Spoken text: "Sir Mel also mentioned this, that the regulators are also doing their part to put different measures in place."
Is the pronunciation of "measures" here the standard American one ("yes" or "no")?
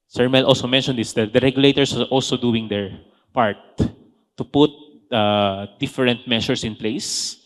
no